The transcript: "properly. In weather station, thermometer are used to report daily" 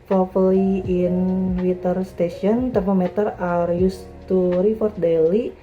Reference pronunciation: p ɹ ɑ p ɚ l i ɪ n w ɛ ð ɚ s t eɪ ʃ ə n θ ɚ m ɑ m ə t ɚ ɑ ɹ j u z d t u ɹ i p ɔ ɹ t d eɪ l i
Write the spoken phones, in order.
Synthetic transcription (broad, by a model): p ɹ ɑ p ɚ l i ɪ n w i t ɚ s t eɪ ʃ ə n t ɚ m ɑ m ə t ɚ ɑ ɹ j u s t u ɹ i f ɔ ɹ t d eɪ l i